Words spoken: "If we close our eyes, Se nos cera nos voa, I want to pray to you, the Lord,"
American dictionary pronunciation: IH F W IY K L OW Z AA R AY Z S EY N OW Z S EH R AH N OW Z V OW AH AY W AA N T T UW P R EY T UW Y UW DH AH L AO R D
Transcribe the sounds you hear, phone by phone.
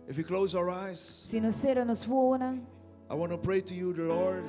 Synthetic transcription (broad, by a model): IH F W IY K L OW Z AA R AY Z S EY N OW S EH R AH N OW S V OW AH AY W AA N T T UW P R EY T UW Y UW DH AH L AO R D